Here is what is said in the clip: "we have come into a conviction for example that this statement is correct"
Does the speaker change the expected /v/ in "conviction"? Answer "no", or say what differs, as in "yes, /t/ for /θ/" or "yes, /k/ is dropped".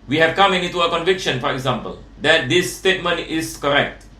no